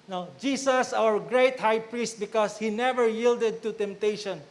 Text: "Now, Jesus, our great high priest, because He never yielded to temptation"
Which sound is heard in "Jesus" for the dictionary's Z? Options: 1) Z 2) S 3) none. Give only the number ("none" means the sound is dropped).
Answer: 2